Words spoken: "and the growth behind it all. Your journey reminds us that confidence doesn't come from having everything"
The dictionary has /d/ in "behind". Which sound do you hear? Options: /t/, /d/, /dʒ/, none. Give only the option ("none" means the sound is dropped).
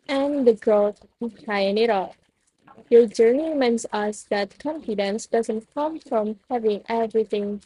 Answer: none